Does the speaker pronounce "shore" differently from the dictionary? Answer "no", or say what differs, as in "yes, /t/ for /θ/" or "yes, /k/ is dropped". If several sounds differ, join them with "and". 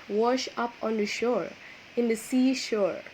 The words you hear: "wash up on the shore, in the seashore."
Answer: no